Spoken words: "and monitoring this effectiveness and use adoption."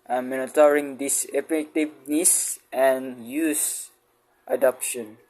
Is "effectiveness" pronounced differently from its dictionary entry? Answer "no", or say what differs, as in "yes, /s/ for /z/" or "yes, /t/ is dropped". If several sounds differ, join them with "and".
yes, /p/ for /f/ and /k/ is dropped